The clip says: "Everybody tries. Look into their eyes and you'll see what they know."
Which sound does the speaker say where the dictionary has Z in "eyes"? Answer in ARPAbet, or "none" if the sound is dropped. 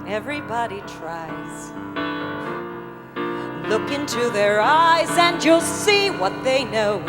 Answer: Z